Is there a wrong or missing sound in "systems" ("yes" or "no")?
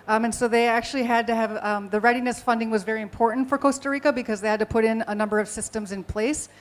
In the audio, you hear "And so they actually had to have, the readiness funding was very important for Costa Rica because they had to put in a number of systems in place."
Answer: no